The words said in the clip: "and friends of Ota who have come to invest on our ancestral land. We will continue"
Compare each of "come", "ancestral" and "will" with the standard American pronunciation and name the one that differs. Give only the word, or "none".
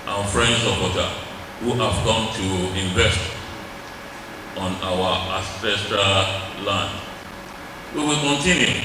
ancestral